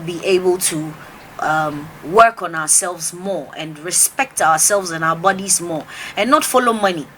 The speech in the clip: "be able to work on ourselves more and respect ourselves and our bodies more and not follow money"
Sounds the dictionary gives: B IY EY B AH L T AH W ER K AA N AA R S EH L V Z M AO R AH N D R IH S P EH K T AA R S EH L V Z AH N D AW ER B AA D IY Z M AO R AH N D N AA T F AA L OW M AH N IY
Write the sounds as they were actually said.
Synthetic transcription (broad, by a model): B IY EY B AH L T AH W ER K AA N AA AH S EH L V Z M AO R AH N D R IH S P EH K T AA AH S EH L V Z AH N AW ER B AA D IY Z M AO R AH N N AA T F AA L OW M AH N IY